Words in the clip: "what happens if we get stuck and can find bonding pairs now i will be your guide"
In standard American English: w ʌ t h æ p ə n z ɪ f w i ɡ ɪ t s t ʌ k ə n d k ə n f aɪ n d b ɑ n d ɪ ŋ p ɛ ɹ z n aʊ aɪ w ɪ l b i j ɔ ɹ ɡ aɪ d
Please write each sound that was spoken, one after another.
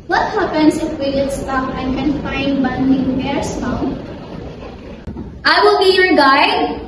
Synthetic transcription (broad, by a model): w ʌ t h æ p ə n s ɪ f w i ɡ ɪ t s t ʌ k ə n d k ə n f aɪ n d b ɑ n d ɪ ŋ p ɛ ɹ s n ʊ aɪ w ɪ l b i j ɔ ɹ ɡ aɪ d